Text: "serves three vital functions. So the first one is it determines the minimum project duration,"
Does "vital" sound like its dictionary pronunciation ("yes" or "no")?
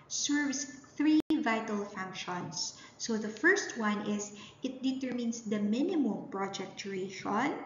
yes